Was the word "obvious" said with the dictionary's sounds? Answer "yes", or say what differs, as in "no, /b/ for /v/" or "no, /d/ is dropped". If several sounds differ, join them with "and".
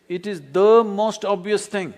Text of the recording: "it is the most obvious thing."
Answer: yes